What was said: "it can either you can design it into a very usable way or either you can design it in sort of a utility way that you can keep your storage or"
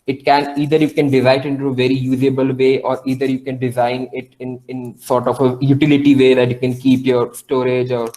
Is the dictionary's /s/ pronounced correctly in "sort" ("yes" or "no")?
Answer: yes